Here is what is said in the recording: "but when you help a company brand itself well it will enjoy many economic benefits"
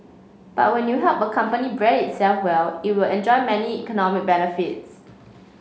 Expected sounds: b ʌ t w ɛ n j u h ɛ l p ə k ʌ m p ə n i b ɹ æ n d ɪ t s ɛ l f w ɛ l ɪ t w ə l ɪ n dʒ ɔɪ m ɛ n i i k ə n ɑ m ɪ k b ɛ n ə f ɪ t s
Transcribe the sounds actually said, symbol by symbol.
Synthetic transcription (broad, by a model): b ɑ t w ɛ n j u h ɛ l p ə k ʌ m p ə n i b ɹ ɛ d ɪ t s ɛ l f w ɛ l ɪ t w ə l ɪ n dʒ ɔɪ m ɛ n i i k ə n ɑ m ɪ k b ɛ n ə f ɪ t s